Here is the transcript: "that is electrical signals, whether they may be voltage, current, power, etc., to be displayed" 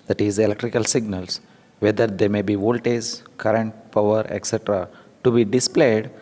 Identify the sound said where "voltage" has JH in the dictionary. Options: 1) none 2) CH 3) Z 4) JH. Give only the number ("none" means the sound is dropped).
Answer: 3